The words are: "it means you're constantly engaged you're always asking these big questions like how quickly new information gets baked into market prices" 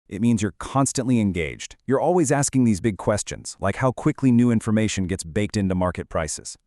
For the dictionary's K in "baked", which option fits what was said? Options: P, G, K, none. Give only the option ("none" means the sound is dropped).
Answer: K